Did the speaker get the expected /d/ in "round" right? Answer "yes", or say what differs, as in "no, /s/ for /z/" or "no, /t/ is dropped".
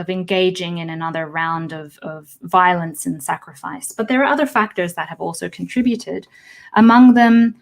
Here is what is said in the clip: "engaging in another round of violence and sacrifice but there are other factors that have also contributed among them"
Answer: yes